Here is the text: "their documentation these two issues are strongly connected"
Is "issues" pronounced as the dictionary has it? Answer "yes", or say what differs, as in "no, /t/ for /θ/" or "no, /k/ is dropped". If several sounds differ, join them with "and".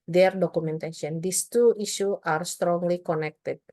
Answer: no, /z/ is dropped